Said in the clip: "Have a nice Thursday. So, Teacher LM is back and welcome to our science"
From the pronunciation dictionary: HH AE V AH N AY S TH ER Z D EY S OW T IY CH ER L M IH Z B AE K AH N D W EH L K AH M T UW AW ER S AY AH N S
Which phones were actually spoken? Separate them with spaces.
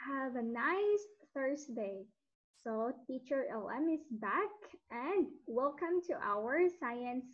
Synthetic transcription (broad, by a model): HH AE V AH N AY S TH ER S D EY S OW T IY CH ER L M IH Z B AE K AH N D W EH L K AH M T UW AW ER S AY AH N S